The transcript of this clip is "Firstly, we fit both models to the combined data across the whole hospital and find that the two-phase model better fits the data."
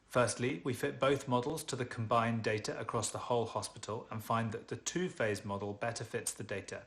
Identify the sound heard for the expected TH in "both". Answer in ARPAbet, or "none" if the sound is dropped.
TH